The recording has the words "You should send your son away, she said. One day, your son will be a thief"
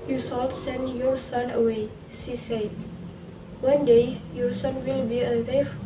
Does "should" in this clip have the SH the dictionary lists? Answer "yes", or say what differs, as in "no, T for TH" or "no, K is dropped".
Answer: no, S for SH